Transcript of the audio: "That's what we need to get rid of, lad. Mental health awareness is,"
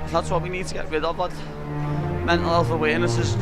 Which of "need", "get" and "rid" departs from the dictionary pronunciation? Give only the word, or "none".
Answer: rid